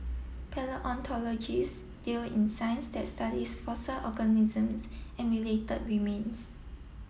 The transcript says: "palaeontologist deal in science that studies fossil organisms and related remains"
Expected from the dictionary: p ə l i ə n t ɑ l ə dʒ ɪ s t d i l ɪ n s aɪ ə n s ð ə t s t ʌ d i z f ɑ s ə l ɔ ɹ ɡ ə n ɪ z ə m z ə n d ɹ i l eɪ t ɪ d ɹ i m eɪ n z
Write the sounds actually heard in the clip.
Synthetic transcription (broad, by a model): p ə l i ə n t ɑ l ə dʒ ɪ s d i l ɪ n s aɪ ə n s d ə t s t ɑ d i s f ɑ s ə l ɔ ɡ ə n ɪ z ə m s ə n ɹ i l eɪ t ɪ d w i m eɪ n s